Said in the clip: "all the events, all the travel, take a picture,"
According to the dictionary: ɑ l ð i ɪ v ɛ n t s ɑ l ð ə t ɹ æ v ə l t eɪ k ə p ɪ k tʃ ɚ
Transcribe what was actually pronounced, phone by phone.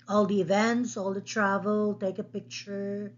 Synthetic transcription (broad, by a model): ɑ l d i ɪ v ɛ n t s ɑ l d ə t ɹ æ v ə l t eɪ k ə p ɪ k tʃ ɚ